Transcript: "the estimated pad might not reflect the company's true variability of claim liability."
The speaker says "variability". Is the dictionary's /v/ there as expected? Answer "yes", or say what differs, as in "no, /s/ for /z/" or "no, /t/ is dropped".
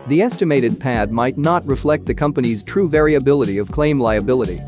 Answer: yes